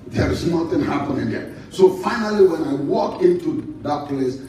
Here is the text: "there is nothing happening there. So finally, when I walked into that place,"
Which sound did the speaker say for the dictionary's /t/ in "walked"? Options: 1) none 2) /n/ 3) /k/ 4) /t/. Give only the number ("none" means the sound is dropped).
1